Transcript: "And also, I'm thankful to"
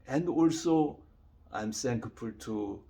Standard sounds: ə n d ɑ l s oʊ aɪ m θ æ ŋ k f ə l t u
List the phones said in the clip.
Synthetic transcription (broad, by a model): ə n d ɑ l s oʊ aɪ m s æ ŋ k p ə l t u